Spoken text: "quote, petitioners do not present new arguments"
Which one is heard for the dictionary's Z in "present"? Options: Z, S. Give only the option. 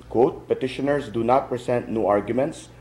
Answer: S